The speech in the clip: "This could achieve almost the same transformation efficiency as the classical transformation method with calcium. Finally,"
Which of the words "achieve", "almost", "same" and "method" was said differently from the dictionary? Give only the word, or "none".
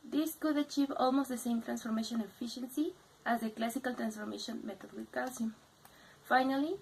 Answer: method